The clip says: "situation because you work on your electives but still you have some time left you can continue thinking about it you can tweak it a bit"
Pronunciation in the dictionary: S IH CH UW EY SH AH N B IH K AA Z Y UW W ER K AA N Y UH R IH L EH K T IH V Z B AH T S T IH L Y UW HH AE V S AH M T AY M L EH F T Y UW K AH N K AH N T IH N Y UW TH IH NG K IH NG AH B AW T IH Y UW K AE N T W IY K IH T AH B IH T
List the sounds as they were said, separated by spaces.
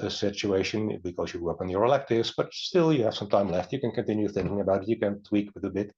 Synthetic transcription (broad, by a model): S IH CH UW EY SH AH N B IH K AA Z Y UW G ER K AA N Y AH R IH L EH K T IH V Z B AH T S T IH L Y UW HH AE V S AH M T AY M L EH F T Y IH K AH N K AH N T IH N Y UW TH IH NG K IH NG AH B AW T IH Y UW K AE N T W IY K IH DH AH B IH T